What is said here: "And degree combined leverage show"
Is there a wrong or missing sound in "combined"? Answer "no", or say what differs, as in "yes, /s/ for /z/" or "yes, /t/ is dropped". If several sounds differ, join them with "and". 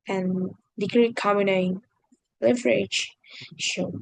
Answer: yes, /b/ is dropped